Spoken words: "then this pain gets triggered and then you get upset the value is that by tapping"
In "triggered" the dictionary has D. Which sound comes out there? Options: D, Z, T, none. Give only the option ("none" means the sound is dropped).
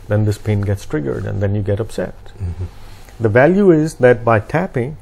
D